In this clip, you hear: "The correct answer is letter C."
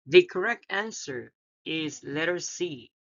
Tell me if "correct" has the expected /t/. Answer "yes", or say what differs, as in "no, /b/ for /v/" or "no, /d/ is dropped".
yes